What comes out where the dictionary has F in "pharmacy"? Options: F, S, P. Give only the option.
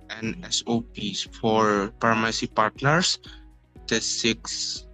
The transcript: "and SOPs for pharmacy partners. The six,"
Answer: P